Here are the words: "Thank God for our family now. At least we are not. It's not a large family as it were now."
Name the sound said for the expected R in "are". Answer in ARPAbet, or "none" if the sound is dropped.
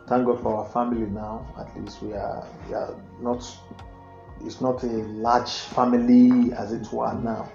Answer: W